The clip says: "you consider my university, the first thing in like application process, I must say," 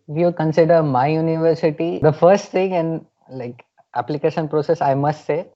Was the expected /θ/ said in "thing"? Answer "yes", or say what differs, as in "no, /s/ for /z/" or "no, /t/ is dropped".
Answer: no, /t/ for /θ/